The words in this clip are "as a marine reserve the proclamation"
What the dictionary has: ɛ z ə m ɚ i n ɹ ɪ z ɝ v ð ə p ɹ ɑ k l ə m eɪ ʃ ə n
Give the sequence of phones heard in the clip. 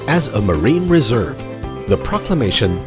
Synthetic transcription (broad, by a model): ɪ z ə m ɚ i n ɹ ɪ z ɝ v ð ə p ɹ ɑ k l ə m eɪ ʃ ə n